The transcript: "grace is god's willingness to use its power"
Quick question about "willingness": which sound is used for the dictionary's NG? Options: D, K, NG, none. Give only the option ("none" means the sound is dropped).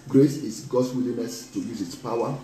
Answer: none